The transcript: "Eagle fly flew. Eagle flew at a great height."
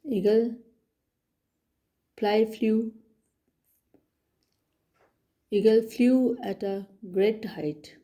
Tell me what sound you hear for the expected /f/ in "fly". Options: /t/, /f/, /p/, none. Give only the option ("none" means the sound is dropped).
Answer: /p/